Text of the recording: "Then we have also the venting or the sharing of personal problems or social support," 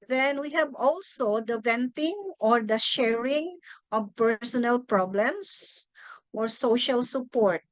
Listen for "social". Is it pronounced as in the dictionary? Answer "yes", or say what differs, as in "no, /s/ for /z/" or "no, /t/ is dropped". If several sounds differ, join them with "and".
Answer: yes